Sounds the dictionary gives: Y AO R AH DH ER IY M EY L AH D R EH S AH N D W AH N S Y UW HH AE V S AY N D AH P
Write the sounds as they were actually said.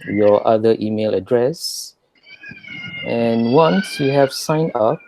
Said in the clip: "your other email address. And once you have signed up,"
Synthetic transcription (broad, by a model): Y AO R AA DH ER IY M EY L AH D R EH S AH N W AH N S Y UW HH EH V S AY N AH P